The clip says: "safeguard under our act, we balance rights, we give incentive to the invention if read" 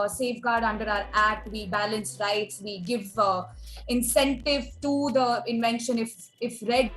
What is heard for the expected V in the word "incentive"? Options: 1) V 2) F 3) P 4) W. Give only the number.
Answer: 1